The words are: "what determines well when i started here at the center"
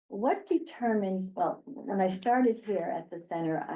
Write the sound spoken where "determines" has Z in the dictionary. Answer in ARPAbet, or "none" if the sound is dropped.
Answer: Z